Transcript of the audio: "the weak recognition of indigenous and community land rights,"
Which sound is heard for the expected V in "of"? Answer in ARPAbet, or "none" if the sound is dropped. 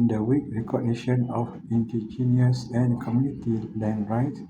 F